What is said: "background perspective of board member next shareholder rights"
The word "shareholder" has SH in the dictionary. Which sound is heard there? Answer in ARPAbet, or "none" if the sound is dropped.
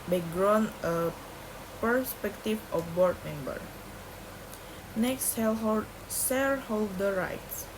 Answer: S